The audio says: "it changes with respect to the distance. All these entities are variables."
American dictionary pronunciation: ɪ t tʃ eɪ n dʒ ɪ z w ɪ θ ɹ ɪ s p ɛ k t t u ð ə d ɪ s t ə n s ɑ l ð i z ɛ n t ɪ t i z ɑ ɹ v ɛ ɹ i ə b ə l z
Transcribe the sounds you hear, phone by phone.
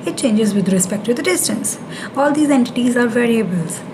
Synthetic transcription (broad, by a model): ɪ t tʃ eɪ n dʒ ɪ z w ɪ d ɹ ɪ s p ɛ k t t u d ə d ɪ s t ə n s ɑ l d i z ɛ n t ɪ t i z ɑ ɹ v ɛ ɹ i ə b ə l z